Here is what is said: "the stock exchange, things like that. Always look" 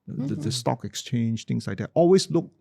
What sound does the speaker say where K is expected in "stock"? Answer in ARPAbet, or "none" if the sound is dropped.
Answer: K